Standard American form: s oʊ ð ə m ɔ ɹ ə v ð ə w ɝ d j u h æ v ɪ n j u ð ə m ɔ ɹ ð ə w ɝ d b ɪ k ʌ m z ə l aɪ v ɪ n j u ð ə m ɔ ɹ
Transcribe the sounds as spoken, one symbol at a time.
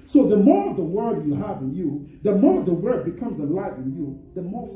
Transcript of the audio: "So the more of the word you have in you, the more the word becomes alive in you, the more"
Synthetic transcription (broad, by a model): s oʊ ð ə m ɔ ɹ ə v ð ə w ɝ d j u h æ v ɪ n j u ð ə m ɔ ɹ ð ə w ɝ d b ɪ k ʌ m z ə l aɪ v ɪ n j u ð ə m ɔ ɹ